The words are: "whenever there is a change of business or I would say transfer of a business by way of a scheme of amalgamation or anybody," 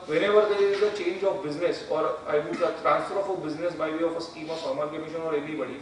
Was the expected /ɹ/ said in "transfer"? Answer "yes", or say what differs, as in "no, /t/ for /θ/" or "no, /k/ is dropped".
yes